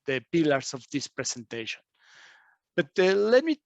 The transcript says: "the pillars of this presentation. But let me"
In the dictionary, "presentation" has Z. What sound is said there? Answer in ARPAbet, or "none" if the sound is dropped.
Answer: S